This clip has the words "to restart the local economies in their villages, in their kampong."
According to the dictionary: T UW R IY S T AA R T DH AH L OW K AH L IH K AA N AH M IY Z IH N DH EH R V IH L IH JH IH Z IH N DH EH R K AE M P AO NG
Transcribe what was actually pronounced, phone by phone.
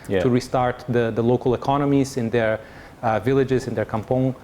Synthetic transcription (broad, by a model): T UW R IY S T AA R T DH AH L OW K AH L IH K AA N AH M IY Z IH N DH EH R V IH L IH JH IH Z IH N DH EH R K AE M P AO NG